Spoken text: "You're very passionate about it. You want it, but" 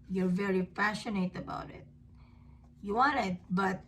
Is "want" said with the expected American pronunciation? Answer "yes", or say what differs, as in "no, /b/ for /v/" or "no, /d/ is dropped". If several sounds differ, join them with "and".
no, /t/ is dropped